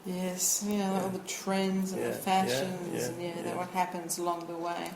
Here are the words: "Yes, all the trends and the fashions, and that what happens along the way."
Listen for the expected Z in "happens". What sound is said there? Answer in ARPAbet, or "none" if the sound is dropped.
Z